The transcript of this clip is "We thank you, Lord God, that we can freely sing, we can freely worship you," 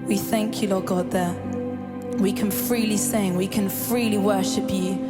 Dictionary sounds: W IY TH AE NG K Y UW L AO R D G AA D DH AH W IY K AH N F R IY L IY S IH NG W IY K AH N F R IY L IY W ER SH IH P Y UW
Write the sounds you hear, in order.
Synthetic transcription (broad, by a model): W IY TH AE NG K Y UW L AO G AA D DH AH W IY K AH N F R IY L IY S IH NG W IY K AH N F R IY L IY W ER SH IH P Y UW